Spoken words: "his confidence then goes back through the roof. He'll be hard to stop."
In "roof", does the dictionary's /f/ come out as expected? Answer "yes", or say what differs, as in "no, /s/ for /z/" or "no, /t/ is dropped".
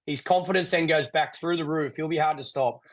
yes